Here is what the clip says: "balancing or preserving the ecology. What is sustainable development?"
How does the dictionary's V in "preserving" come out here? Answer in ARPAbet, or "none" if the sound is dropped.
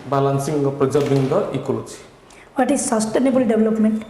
B